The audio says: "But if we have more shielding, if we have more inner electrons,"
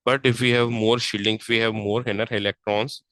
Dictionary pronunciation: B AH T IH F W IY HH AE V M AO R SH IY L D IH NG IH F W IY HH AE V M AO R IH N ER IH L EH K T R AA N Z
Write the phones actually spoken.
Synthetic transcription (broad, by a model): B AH T IH F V IY HH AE V M AO R SH IY L D IH NG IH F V IY HH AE V M AO R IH N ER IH L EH K T R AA N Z